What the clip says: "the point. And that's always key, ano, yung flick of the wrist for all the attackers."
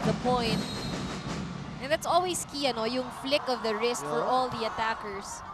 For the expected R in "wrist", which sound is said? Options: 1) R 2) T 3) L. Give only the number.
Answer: 1